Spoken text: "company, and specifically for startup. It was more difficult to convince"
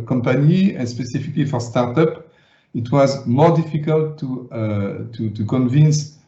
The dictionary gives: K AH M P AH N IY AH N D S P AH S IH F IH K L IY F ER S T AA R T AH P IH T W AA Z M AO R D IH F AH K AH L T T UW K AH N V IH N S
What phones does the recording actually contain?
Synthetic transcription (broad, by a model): K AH M P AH N IY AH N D S P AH S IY F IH K L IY F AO S T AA R T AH P IH T W AA Z M AO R D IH F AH K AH L T T UW K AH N V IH N S